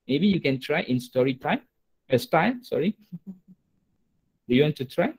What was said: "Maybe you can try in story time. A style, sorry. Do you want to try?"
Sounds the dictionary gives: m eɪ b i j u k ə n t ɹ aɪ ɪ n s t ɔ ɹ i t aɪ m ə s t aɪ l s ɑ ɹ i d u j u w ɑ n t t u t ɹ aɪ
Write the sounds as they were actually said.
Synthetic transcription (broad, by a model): m eɪ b i j u k ə n t ɹ aɪ ɪ n s t ɔ ɹ i t aɪ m ə s t aɪ l s ɑ ɹ i d u j u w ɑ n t t u t ɹ aɪ